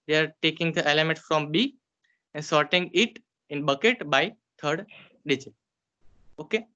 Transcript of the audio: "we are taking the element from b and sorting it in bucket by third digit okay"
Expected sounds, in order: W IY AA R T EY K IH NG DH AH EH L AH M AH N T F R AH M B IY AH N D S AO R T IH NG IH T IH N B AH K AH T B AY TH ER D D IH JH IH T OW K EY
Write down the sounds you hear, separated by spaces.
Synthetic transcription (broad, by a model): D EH AA R T EY K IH NG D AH EH L AH M AH N T F R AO M B IY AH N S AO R T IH NG IH T IH N B AH K AH T B AY T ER D D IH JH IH OW K EY